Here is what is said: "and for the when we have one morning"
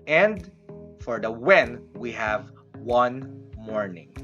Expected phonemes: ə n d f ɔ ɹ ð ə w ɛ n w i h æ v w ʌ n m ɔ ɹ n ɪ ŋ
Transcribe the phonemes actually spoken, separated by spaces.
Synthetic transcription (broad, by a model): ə n d f ɔ ɹ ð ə w ɛ n w i h æ v w ʌ n m ɔ ɹ n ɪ ŋ